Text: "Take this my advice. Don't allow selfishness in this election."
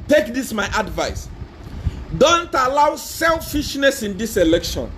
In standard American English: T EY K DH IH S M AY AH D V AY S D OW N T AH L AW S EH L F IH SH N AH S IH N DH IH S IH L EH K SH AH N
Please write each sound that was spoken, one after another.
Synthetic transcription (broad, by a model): T EY K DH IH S M AY AH D V AY S D OW N T AH L AW S EH L F IH SH N AH S IH N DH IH S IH L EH K SH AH N